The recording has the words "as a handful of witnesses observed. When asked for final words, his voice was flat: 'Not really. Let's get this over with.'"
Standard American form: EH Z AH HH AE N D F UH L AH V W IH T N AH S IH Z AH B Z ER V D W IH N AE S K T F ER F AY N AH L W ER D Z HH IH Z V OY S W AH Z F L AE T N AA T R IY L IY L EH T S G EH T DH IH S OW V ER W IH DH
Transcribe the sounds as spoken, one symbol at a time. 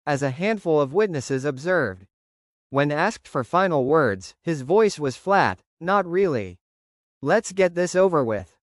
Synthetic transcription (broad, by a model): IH Z AH HH AE N D F UH L AH V W IH T N AH S IH Z AH B Z ER V D W IH N AE S K T F ER F AY N L W ER D Z HH IH Z V OY S W AH Z F L AE T N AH T R IY L IY L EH T S G EH T DH IH S OW V ER W IH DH